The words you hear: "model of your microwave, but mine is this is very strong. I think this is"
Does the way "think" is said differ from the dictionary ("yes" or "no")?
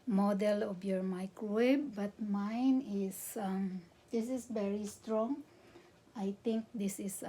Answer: yes